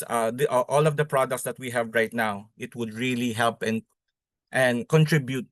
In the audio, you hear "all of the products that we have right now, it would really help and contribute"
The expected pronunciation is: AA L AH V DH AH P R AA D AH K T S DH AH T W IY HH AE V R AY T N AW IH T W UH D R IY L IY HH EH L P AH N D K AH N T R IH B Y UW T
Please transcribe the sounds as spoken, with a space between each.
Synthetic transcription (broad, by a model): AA L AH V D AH P R AA D AH K T S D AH T W IY HH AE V R AY T N AW IH T W UH D R IY L IY HH EH L P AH N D K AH N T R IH B Y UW T